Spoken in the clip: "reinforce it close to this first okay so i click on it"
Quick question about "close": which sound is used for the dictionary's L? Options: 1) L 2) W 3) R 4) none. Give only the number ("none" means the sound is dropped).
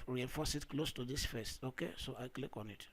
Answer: 1